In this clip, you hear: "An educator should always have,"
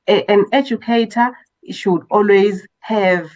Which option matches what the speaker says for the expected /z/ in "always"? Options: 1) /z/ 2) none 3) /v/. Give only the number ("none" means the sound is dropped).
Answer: 1